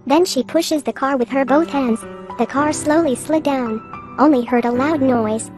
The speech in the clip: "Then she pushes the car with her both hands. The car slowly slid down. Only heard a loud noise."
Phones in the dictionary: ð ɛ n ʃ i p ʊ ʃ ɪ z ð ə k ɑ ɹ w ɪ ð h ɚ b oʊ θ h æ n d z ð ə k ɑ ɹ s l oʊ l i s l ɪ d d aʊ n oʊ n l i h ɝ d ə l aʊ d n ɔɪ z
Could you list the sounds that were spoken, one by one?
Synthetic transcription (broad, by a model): ð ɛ n ʃ i p ʊ ʃ ɪ z ð ə k ɑ ɹ w ɪ ð ɚ b oʊ θ h æ n d z ð ə k ɑ ɹ s l oʊ l i s l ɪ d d aʊ n oʊ n l i h ɝ d ə l aʊ d n ɔɪ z